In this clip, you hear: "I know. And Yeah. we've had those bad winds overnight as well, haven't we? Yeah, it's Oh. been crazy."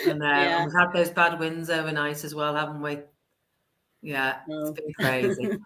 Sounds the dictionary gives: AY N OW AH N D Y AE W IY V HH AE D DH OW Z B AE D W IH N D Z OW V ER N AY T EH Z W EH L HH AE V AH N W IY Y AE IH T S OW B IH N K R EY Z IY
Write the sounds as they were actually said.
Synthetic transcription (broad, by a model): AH N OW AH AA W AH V HH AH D DH OW Z B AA D W IH N D Z OW V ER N AY T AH Z W EH L HH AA V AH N W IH Y AE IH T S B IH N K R EY Z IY